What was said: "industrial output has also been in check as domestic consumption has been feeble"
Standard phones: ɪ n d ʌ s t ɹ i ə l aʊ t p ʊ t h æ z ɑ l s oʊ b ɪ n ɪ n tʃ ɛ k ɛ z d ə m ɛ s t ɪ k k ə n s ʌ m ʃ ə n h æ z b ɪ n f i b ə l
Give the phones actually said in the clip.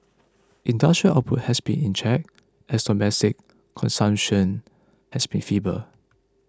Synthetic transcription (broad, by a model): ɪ n d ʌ s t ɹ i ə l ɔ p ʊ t h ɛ s b ɪ n ɪ n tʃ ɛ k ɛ s d ə m ɛ s t ɪ k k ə n s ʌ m ʃ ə n h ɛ s b ɪ n f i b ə